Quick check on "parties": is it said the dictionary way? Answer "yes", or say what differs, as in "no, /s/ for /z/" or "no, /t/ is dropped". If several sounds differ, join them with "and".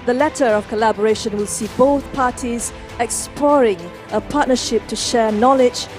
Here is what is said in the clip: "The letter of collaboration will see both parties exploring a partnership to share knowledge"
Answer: yes